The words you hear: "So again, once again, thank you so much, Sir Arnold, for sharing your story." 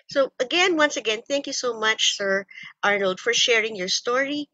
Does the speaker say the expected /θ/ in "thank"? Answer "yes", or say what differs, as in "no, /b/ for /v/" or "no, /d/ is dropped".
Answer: yes